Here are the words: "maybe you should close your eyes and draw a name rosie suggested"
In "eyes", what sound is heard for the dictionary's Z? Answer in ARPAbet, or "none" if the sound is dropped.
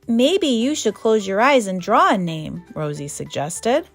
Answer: Z